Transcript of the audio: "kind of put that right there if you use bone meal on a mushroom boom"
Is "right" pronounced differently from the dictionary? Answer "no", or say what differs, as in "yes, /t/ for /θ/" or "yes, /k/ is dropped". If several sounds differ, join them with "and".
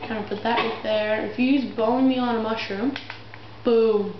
yes, /w/ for /ɹ/